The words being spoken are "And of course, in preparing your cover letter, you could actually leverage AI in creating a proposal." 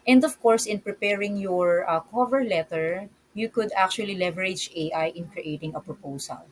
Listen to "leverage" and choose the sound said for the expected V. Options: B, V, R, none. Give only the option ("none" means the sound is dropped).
V